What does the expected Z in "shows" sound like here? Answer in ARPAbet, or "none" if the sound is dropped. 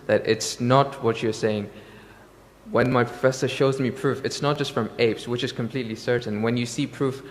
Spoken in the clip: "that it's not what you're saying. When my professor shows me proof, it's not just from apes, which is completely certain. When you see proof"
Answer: Z